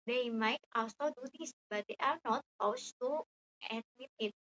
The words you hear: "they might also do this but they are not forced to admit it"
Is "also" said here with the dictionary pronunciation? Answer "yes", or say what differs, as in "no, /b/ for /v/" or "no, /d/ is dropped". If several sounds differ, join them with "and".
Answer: no, /l/ is dropped